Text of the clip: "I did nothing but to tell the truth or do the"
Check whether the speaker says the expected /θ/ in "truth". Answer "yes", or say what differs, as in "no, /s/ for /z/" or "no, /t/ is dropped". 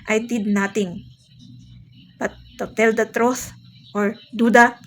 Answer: no, /s/ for /θ/